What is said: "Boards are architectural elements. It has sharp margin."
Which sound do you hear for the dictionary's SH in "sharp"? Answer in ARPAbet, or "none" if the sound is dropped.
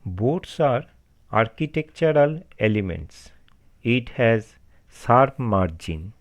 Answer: S